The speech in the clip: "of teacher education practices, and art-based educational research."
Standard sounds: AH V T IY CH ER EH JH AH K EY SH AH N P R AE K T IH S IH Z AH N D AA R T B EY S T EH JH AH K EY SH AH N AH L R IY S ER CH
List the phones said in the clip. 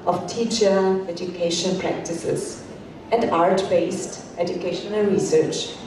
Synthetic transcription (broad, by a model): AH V T IY CH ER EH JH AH K EY SH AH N P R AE K T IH S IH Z AH N D AA R T B EY S T EH JH AH K EY SH AH N AH L R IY S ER CH